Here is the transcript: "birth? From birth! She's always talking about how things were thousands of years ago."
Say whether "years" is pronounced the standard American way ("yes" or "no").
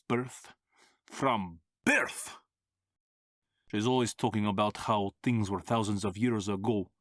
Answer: yes